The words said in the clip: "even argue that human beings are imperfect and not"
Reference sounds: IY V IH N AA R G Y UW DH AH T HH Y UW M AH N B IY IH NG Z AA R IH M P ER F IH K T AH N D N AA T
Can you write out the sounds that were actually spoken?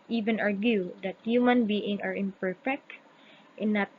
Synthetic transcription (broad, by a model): IY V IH N AA R G Y UW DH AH T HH Y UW M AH N B IY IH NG AA R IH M P ER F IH K T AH N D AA T